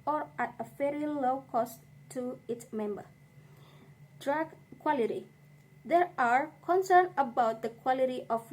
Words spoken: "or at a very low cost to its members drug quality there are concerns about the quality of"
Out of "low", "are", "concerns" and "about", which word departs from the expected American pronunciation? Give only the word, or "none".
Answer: concerns